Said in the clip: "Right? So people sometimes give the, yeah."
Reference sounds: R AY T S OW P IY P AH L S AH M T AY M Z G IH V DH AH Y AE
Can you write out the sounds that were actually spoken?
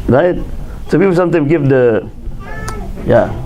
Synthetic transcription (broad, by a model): R AY T S OW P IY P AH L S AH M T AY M G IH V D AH Y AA